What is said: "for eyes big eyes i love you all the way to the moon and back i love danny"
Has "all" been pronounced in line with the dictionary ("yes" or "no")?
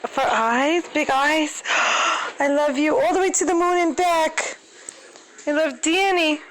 yes